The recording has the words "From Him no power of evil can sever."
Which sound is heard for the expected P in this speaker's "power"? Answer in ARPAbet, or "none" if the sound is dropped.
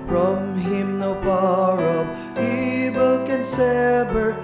B